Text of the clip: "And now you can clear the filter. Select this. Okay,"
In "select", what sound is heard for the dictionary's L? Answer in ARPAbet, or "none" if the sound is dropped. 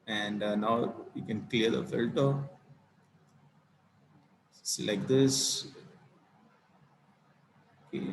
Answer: none